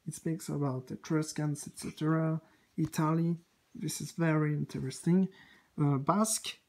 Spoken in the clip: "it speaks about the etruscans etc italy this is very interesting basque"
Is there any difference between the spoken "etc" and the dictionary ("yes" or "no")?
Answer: no